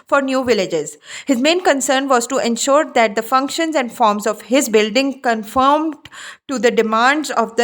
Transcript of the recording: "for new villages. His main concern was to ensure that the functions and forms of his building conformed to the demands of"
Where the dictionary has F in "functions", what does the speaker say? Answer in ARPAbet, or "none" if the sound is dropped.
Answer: F